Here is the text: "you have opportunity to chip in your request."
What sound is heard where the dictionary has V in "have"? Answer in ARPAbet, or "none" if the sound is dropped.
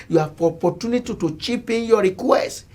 P